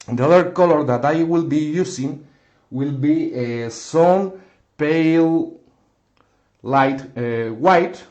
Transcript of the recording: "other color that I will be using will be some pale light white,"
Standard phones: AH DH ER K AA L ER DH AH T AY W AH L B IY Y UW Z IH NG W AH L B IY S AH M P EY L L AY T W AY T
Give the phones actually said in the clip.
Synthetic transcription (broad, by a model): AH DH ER K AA L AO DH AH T AY W AH L B IY Y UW S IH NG W AH L B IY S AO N P EY L L AY T W AY T